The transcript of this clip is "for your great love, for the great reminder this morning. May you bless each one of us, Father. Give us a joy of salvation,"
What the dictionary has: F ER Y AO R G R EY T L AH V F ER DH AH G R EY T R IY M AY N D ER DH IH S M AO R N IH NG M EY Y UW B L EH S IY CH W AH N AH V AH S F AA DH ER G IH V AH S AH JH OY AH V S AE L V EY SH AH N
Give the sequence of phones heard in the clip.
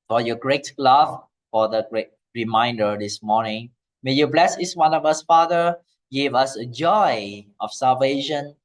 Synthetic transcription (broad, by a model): F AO Y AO G R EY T L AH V F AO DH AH G R EY T R IY M AY N D ER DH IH S M AO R N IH NG M EY Y UW B L EH S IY S W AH N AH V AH S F AA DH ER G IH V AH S AH JH OY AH F S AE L V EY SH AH N